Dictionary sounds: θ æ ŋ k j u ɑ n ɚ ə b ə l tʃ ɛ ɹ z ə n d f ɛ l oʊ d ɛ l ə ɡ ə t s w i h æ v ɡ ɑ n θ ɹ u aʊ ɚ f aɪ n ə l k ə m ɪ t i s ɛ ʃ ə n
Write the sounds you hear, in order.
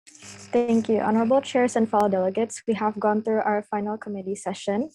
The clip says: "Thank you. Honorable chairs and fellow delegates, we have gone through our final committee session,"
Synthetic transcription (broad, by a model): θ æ ŋ k j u ɑ n ɚ ə b ə l tʃ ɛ ɹ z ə n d f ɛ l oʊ d ɛ l ə ɡ ə t s w i h æ v ɡ ɑ n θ ɹ u aʊ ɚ f aɪ n ə l k ə m ɪ t i s ɛ ʃ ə n